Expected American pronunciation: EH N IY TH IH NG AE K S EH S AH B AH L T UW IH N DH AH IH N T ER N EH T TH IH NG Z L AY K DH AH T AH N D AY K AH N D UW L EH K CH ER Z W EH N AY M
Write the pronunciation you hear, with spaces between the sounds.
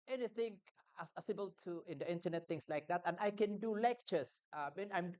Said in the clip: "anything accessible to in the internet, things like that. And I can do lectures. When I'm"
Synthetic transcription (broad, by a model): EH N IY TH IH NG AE S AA S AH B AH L T UW IH N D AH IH N T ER N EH T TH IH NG S L AY K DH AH T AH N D AY K AH N D UW L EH K CH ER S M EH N AY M